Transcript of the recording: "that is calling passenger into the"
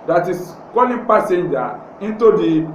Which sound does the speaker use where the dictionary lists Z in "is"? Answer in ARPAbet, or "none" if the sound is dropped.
S